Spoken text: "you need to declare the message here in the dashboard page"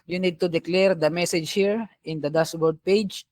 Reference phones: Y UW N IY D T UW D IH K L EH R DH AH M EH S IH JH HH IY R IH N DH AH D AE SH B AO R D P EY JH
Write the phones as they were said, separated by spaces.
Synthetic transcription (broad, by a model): Y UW N IY D T UW D IH K L EH R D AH M EH S IH JH HH IY R IH N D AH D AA S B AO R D P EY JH